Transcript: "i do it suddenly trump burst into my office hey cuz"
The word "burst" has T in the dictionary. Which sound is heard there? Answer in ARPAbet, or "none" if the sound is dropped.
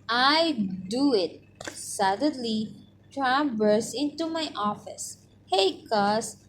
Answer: none